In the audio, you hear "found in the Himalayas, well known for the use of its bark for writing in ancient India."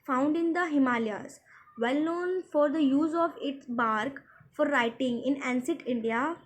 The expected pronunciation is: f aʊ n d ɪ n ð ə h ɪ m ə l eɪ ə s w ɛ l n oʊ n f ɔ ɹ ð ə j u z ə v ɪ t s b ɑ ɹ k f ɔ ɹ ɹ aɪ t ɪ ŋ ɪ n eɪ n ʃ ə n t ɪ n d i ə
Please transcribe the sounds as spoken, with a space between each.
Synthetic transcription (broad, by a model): f aʊ n d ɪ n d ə h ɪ m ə l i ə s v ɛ l n oʊ n f ɔ ɹ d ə j u z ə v ɪ t s b ɑ ɹ k f ɔ ɹ ɹ aɪ t ɪ ŋ ɪ n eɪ n s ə t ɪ n d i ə